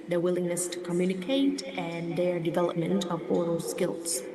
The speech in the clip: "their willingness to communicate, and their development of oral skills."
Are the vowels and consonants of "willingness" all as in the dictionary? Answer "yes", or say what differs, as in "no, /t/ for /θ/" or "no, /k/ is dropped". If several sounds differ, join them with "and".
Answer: yes